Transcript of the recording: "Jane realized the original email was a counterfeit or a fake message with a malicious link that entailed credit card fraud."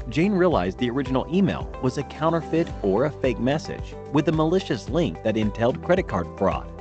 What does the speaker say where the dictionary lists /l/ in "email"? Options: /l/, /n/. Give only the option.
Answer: /l/